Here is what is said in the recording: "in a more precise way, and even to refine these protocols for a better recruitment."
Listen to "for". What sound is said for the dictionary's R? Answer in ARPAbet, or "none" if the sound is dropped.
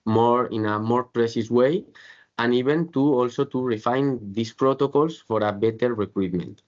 R